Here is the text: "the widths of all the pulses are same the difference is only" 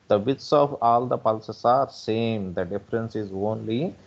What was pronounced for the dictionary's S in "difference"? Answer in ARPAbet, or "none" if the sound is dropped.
S